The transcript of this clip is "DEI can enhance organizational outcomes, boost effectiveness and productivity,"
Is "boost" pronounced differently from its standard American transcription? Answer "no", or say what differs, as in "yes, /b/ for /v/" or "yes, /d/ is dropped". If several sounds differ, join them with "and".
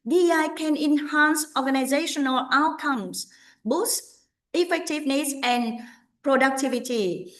yes, /t/ is dropped